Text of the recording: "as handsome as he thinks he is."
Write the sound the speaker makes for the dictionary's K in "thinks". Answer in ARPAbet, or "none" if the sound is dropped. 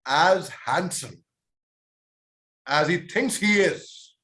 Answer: K